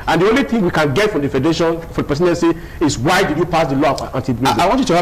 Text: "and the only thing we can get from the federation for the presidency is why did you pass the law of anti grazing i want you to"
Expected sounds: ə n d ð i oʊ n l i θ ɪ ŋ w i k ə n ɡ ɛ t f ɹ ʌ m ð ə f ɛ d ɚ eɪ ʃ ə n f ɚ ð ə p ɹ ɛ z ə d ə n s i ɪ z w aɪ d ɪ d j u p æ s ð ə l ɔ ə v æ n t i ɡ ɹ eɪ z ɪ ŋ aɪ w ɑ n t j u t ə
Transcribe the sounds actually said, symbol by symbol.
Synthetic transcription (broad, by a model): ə n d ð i oʊ n l i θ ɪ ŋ w i k ə n ɡ ɛ t f ɹ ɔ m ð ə f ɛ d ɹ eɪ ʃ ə n f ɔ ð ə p ɛ s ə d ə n s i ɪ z w aɪ d ɪ d j u p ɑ s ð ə l ɔ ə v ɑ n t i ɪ aɪ w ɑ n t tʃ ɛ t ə